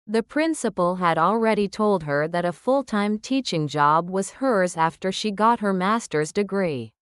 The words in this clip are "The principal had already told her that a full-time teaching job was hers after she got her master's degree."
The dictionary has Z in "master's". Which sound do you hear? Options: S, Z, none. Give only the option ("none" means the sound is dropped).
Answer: Z